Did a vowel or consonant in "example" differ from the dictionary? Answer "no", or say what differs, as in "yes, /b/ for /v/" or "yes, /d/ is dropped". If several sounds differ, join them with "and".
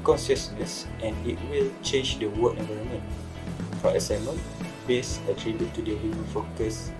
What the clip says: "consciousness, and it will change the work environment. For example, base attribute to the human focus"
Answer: yes, /p/ is dropped and /n/ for /l/